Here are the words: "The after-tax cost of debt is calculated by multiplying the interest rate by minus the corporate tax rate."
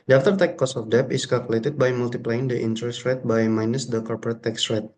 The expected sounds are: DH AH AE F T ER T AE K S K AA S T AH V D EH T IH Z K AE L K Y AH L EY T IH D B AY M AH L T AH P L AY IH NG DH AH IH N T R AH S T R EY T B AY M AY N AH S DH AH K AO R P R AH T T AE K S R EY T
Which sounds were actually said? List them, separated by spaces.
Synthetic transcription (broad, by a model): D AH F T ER T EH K K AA S AH F D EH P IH S K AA L K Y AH L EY T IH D B AY M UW L T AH P L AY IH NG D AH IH N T R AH S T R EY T B AY M AY N AH S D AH K AO R P R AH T T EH K S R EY T